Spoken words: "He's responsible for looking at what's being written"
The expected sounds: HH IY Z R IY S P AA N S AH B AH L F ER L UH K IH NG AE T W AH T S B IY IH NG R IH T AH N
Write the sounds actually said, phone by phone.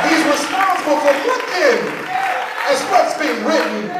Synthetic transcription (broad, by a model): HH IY Z R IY S P AA N S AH B L F ER W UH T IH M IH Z W AH T S B IY IH NG R IH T N